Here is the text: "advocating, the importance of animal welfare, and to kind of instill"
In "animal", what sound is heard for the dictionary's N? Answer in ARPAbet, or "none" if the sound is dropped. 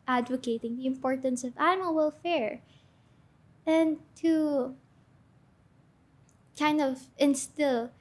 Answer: none